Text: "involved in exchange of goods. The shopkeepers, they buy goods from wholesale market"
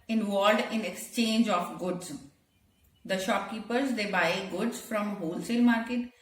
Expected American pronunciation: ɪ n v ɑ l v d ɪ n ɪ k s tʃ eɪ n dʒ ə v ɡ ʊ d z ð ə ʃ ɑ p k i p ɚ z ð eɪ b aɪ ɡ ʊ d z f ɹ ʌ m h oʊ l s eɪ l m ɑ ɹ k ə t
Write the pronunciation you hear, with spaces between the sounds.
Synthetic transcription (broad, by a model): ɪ n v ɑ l d ɪ n ɪ k s tʃ eɪ n dʒ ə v ɡ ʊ d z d ə ʃ ɑ p k i p ɚ z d eɪ b aɪ ɡ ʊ d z f ɹ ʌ m h oʊ l s eɪ l m ɑ ɹ k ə t